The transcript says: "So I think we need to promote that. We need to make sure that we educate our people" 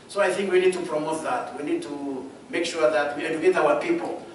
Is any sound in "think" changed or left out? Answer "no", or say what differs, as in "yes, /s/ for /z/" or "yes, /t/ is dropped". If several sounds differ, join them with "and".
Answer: no